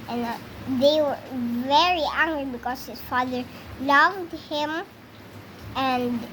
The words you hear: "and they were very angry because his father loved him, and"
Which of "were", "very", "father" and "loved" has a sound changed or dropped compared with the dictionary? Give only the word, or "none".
none